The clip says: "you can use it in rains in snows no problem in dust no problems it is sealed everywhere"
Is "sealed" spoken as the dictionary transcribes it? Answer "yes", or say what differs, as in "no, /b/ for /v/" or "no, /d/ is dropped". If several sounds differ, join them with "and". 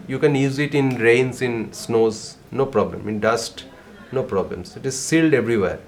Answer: yes